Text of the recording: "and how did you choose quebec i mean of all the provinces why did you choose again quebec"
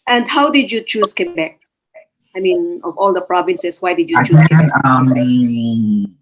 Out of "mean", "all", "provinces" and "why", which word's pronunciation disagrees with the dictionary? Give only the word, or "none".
provinces